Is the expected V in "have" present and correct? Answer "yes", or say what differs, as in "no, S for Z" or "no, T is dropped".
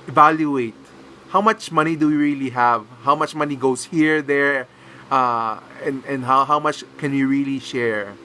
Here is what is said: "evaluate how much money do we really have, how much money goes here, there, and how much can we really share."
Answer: yes